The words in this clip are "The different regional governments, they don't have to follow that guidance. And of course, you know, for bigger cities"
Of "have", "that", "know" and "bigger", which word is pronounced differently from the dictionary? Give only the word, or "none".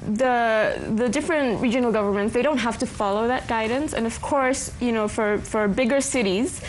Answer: have